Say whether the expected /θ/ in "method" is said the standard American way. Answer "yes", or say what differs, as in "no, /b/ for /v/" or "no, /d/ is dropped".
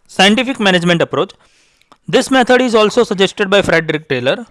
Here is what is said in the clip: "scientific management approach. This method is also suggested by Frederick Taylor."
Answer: no, /t/ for /θ/